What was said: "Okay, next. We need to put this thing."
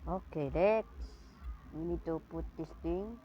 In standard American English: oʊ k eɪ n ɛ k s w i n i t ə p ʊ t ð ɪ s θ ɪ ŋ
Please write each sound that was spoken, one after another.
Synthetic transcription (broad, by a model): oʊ k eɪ l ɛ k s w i n i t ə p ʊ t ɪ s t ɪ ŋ